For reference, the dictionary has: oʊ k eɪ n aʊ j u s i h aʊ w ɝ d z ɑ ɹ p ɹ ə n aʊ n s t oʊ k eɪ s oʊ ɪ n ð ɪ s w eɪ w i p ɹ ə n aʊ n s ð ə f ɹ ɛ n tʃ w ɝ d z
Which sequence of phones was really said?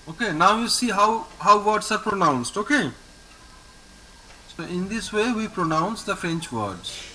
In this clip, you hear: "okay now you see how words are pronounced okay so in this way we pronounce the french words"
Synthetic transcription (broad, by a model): oʊ k eɪ n aʊ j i s i h aʊ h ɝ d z ɑ ɹ p ɹ ə n aʊ n s t oʊ k eɪ s oʊ ɪ n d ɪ s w eɪ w i p ɹ ə n aʊ n s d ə f ɹ ɛ n tʃ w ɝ d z